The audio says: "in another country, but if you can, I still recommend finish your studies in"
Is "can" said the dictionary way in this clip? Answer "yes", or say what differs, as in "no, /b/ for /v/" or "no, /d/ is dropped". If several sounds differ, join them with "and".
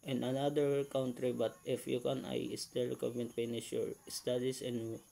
yes